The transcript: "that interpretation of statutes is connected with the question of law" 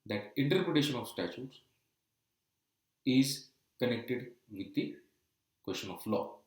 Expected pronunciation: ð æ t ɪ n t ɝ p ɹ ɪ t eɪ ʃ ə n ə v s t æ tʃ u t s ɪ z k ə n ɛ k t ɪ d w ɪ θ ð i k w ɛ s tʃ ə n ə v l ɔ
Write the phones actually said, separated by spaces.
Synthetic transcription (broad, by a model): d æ t ɪ n t ɝ p ɹ ɪ t eɪ ʃ ə n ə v s t æ tʃ u t s ɪ z k ə n ɛ k t ɪ d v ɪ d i k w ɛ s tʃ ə n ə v l ɔ